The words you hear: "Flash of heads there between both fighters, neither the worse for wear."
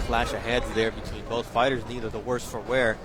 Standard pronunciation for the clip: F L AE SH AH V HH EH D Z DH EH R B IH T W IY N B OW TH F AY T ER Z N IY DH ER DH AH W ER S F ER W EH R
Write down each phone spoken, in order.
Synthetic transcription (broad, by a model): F L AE SH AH HH EH D Z DH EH R B IH T W IY N B OW TH F AY T ER Z N IY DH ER DH AH W ER S F ER W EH R